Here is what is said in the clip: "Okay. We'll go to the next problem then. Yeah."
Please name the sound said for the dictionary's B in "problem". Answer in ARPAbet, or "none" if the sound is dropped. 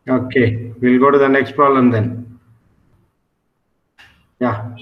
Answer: none